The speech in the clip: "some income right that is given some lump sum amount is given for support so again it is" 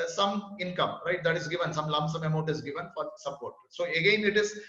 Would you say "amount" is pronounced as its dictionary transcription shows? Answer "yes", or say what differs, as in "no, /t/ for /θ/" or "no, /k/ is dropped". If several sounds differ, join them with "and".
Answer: no, /n/ is dropped